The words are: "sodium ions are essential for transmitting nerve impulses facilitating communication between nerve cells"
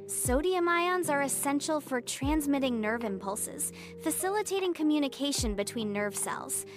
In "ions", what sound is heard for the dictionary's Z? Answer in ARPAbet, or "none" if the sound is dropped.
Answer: Z